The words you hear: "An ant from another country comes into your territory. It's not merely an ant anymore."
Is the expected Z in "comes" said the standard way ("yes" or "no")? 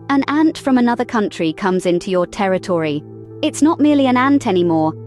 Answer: yes